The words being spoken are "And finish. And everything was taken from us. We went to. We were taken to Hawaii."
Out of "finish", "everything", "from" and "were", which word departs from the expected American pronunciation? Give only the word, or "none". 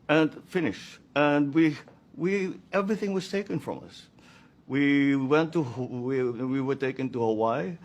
none